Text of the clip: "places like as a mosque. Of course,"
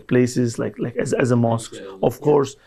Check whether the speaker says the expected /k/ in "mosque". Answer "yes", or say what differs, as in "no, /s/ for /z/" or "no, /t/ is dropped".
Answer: yes